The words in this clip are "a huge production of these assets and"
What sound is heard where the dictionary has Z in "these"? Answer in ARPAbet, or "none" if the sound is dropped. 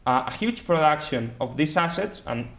S